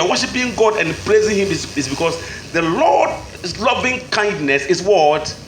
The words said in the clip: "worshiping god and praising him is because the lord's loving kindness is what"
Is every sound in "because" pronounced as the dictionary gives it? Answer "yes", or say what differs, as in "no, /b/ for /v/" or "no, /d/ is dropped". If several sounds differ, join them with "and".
no, /s/ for /z/